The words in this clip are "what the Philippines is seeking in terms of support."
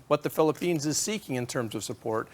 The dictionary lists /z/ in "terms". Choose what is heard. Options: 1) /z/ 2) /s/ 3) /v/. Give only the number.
1